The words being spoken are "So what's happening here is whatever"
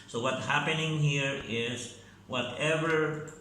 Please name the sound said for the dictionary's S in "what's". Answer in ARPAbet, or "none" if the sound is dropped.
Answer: none